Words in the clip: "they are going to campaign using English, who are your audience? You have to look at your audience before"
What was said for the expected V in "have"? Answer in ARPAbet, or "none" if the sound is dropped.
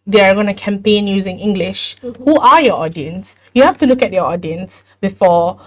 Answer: F